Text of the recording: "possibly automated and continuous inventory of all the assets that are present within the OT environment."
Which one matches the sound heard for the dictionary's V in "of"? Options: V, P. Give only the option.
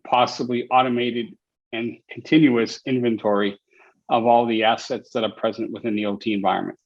V